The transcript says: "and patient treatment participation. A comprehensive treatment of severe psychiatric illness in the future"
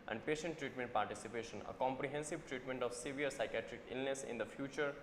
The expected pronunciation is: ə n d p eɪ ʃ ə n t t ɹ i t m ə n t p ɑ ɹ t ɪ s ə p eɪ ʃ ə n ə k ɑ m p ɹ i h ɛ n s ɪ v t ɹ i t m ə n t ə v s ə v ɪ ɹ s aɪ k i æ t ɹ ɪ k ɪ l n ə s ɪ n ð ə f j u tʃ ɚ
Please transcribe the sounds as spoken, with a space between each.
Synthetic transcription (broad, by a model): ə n d p eɪ ʃ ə n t t ɹ i t m ə n t p ɑ ɹ t ɪ s ə p eɪ ʃ ə n ə k ɑ m p ɹ i h ɛ n s ɪ v t ɹ i t m ə n t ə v s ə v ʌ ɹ s aɪ k i æ t ɹ ɪ k ɪ l n ə s ɪ n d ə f j u tʃ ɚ